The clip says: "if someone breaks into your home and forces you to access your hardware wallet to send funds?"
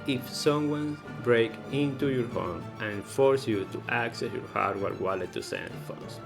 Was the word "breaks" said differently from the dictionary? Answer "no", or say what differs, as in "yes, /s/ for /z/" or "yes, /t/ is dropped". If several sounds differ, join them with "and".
yes, /s/ is dropped